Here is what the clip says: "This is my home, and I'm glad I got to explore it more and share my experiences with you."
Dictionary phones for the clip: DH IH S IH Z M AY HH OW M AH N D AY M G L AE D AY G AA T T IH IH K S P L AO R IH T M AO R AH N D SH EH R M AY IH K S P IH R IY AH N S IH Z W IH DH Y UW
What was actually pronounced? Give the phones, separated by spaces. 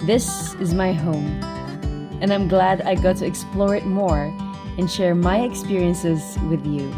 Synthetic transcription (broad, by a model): DH IH S IH Z M AY HH OW M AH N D AY M G L AE D AY G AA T T IH IH K S P L AO R IH T M AO R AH N SH EH R M AY IH K S P IH R IY AH N S IH Z W IH DH Y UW